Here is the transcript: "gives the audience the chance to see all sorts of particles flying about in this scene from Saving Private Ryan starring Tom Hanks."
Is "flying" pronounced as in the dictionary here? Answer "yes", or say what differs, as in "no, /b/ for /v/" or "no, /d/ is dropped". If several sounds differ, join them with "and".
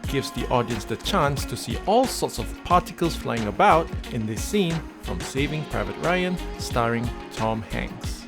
yes